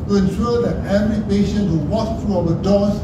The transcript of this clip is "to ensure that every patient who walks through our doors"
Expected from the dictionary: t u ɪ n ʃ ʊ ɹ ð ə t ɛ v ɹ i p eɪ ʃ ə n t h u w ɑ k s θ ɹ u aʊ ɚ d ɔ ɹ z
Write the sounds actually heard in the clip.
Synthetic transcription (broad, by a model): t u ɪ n s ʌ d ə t ɛ v ɹ i p eɪ ʃ ə n t h u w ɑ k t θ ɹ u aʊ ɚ d ɔ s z